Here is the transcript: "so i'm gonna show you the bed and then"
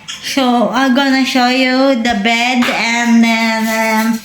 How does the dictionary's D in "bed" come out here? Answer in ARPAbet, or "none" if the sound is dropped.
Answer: D